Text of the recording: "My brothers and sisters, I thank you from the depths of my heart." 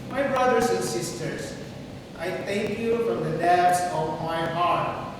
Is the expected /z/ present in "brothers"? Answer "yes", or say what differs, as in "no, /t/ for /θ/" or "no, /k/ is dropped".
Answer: no, /s/ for /z/